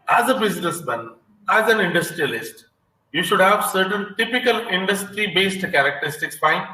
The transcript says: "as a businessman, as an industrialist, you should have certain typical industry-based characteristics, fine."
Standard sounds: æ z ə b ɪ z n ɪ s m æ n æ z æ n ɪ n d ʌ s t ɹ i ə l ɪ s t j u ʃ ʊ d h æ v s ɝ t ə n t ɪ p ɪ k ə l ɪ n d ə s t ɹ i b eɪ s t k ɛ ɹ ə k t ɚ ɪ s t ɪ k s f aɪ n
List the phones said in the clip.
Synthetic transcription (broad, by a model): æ z ə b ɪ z n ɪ s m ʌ n æ z æ n ɪ n d ʌ s t ɹ i ə l ɪ s t j u ʃ ʊ d h æ v s ɝ t ə n t ɪ p ɪ k ə l ɪ n d ə s t ɹ i b eɪ s t k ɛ ɹ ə k t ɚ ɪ s t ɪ k s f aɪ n